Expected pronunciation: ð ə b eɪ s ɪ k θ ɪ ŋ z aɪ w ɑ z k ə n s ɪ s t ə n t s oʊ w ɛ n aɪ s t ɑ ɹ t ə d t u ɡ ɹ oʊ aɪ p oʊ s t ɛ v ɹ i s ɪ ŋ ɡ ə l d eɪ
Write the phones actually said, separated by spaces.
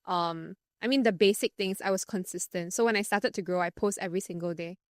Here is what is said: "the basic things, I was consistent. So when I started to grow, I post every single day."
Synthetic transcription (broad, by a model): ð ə b eɪ s ɪ k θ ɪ ŋ s aɪ w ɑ s k ə n s ɪ s t ə n t s oʊ w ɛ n aɪ s t ɑ t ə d t u ɡ ɹ oʊ aɪ p oʊ s t ɛ v ɹ i s ɪ ŋ ɡ ə l d eɪ